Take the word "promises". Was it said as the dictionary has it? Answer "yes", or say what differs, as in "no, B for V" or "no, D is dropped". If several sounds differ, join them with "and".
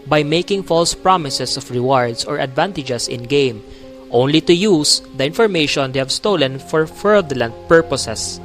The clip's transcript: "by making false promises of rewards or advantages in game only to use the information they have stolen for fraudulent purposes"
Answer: no, S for Z